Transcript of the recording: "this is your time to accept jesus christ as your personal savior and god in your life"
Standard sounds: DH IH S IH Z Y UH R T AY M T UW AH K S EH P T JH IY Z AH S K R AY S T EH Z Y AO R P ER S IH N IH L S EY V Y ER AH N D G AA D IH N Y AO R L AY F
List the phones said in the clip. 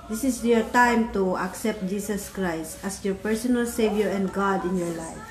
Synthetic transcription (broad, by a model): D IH S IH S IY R T AY M T UW AH K S EH P T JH IY S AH S K R AY S T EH S Y AO R P ER S IH N IH L S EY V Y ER AH N D G AA D IH N Y AO R L AY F